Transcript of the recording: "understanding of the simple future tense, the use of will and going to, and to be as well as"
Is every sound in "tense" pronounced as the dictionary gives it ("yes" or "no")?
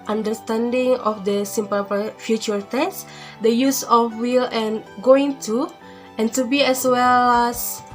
no